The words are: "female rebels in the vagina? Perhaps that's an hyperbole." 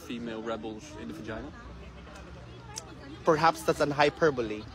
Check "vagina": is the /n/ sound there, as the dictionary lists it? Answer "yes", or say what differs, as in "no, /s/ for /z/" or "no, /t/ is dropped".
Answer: no, /n/ is dropped